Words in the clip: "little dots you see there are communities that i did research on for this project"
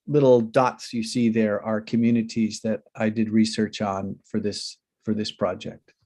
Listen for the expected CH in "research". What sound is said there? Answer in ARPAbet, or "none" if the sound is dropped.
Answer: CH